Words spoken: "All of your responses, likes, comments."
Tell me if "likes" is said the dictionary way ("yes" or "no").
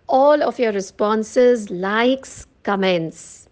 yes